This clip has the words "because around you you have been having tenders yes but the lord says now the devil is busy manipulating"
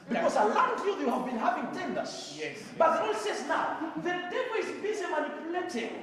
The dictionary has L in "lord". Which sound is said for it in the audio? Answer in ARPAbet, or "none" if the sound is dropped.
N